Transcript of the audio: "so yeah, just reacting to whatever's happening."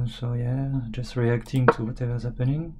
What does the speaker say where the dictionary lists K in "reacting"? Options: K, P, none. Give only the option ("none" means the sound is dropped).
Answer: K